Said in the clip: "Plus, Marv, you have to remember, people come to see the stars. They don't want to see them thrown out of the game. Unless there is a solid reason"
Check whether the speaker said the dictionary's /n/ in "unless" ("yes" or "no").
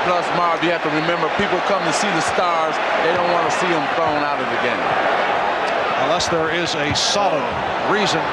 yes